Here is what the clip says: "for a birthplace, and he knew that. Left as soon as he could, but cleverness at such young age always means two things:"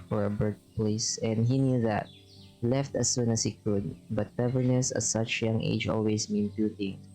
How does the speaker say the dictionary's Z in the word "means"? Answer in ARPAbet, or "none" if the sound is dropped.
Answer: none